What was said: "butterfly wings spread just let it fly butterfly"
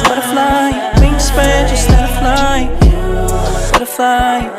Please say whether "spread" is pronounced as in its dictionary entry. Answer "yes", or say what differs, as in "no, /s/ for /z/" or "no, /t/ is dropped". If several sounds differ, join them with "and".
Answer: no, /ɹ/ is dropped